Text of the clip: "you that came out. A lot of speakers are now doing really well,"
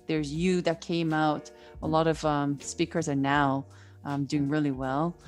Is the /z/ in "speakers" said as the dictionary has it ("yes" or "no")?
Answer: yes